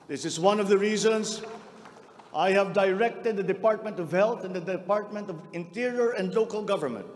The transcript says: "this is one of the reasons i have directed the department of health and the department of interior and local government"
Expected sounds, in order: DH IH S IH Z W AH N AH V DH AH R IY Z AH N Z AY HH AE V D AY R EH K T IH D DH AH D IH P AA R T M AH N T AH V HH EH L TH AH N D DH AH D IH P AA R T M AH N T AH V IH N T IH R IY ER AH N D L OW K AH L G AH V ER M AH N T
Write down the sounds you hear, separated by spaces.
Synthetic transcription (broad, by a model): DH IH S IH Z W AH N AH V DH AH R IY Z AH N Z AY HH AE V D AY R EH K T IH D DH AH D IH P AA R T M AH N T AH V HH EH L TH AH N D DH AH D IH P AA R T M AH N T AH V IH N T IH R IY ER AH N D L OW K AH L G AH V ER M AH N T